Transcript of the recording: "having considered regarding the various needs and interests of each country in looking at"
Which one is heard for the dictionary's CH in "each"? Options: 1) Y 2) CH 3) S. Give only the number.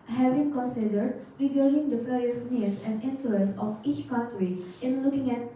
2